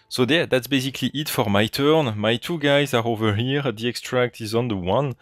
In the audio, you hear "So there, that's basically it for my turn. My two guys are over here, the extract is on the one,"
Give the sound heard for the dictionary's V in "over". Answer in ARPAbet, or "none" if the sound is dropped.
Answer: V